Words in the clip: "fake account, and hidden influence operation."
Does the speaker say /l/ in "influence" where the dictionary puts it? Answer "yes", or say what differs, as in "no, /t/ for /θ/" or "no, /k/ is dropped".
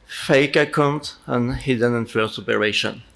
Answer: no, /l/ is dropped